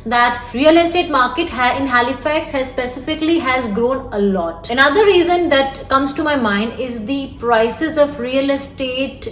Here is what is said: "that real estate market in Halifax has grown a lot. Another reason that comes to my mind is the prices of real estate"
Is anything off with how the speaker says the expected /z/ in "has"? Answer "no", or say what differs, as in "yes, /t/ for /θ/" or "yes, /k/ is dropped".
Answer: no